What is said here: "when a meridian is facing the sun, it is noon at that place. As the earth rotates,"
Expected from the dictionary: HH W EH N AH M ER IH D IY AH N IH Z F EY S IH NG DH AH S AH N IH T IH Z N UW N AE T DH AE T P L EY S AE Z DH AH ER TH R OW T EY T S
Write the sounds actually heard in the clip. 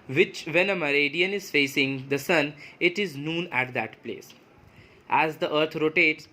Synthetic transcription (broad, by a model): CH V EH N AH M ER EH D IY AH N IH Z F EY S IH NG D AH S AH N IH T IH Z N UW N AE T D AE T P L EY S AE Z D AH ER T R OW T EY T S